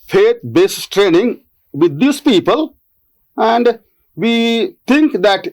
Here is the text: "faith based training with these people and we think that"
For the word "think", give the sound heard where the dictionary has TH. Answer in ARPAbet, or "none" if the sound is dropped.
T